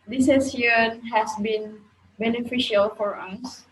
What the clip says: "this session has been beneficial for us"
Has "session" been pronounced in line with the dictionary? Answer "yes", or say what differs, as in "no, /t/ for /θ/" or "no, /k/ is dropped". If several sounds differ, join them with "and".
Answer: no, /ʃ/ is dropped